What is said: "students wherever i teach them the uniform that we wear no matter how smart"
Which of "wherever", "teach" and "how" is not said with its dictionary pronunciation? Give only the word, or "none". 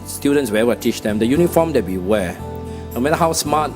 wherever